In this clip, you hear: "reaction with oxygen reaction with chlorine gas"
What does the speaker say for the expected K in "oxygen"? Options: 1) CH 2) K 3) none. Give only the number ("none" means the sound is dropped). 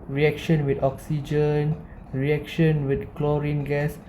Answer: 2